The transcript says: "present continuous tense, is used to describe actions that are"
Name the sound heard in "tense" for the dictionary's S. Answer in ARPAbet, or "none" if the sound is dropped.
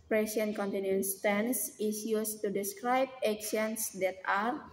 S